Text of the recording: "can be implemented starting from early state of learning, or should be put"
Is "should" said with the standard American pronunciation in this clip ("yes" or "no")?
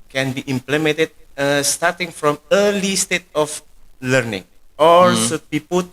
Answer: no